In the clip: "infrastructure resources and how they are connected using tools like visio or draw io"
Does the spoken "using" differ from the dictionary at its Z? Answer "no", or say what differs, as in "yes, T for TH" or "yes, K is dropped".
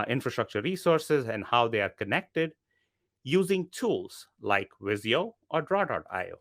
no